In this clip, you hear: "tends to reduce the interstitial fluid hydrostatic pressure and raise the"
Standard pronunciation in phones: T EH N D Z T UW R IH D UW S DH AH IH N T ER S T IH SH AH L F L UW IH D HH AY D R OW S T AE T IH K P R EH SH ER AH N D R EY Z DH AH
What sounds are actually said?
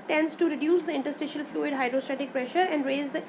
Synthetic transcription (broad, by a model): T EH N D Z T UW R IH D UW S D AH IH N T ER S T IH SH AH L F L UW IH D HH AY D R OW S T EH T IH K P R EH SH ER AH N D R EY Z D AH